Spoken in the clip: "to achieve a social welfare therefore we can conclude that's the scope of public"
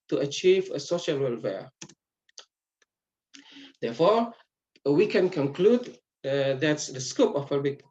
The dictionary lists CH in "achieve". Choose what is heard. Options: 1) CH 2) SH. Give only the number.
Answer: 1